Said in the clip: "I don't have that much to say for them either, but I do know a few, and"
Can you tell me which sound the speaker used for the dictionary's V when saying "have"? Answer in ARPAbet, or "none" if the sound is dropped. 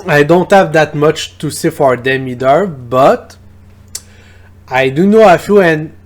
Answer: V